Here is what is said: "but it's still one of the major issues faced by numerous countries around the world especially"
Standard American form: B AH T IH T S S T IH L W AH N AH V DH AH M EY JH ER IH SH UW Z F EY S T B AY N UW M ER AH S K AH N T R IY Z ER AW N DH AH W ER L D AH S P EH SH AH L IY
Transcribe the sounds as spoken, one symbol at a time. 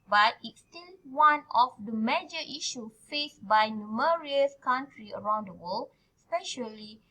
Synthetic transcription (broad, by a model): B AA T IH T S S T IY L W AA N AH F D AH M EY JH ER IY SH UW F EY S B AY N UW M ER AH S K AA N T R IY ER AW N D AH W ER L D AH S P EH SH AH L IY